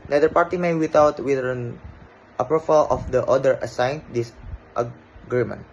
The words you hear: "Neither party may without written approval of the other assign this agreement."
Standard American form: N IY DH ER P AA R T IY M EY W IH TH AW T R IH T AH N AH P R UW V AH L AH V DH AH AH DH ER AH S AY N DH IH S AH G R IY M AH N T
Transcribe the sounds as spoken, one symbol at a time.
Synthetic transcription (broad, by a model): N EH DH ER P AA R T IY M EY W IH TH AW T W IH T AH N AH P R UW F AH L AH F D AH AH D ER AH S AY N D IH S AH G R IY M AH N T